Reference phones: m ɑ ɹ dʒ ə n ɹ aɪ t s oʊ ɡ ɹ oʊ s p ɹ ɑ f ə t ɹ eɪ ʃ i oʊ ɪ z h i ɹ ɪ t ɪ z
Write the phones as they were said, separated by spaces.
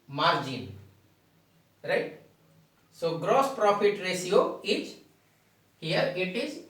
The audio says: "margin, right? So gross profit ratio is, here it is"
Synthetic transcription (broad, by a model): m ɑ ɹ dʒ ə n ɹ aɪ t s oʊ ɡ ɹ oʊ s p ɹ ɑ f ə t ɹ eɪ s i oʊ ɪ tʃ h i ɹ ɪ t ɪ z